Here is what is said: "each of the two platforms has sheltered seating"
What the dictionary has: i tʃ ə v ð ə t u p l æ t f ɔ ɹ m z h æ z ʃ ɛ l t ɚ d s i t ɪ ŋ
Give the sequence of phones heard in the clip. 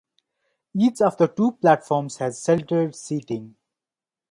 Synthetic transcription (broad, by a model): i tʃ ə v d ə t u p l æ t f ɔ ɹ m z h æ z s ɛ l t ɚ d s i t ɪ ŋ